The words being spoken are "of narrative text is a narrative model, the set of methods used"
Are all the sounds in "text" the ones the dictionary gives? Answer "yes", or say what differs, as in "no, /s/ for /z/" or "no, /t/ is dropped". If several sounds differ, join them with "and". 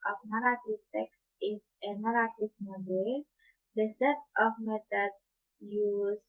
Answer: yes